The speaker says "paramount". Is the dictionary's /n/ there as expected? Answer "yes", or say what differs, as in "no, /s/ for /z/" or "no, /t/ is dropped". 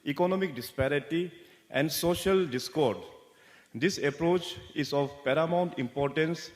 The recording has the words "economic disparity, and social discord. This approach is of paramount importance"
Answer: yes